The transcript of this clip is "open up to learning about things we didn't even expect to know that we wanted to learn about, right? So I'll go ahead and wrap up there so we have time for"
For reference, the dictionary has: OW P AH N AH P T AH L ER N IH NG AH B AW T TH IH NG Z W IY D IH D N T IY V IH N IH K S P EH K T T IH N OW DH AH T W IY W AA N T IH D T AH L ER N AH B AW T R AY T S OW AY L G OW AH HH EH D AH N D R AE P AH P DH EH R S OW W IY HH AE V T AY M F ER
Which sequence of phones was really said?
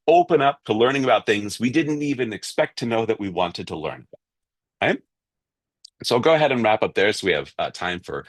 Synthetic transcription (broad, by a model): OW P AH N AH P T AH L ER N IH NG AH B AW T TH IH NG Z W IY D IH D N T IY V IH N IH K S P EH K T T IH N OW DH AH T W IY W AA N T IH D T AH L ER N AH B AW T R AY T S OW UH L G OW AH HH EH D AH N R AE P AH P DH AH R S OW W IY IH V T AY M F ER